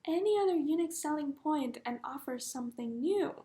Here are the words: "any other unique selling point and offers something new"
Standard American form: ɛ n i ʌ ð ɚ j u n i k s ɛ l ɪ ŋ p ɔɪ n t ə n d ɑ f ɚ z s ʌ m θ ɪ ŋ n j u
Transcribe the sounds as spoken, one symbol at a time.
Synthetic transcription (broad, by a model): ɛ n i ʌ ð ɚ j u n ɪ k s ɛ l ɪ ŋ p ɔɪ n t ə n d ɑ f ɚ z s ʌ m θ ɪ ŋ n j u